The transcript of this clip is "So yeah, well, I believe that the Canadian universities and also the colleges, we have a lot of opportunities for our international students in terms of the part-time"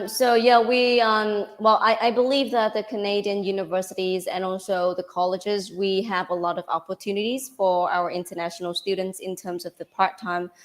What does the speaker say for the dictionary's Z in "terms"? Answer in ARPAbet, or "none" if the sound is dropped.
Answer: Z